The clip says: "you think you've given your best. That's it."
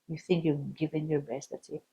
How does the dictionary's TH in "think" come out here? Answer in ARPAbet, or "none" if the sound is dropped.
TH